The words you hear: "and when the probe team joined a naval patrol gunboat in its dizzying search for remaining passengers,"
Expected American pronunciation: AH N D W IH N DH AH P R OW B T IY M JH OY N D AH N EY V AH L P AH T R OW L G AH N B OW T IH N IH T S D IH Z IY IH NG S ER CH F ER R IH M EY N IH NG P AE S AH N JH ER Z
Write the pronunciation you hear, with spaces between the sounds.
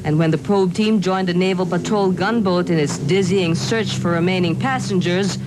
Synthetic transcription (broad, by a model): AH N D W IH N DH AH P R OW B T IY M JH OY N D AH N EY V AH L P AH T R OW L G AH N B OW T IH N IH T S D IH Z IY IH NG S ER CH F ER R IH M EY N IH NG P AE S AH N JH ER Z